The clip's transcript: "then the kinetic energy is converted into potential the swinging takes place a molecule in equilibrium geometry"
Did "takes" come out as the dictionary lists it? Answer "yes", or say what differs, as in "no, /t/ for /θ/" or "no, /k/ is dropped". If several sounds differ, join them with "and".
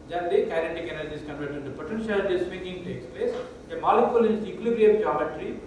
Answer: yes